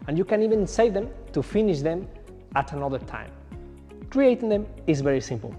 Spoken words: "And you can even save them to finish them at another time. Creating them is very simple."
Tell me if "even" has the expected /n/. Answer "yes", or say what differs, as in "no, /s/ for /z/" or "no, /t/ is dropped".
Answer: yes